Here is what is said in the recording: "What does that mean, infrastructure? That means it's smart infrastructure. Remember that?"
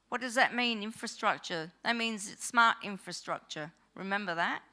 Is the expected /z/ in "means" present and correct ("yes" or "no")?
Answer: yes